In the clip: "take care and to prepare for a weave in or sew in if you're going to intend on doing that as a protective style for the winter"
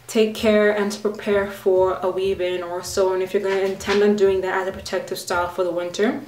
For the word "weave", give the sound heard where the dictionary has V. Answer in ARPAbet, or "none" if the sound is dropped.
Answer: B